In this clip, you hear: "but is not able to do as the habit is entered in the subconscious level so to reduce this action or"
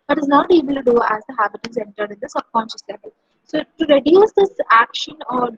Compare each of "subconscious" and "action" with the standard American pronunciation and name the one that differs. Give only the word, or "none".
subconscious